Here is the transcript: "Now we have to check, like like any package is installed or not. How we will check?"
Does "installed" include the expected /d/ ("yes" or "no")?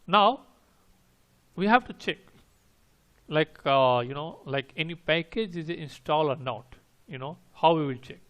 no